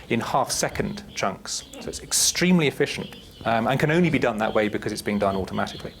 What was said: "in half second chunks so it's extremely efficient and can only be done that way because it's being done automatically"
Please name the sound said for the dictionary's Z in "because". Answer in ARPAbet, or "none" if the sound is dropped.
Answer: Z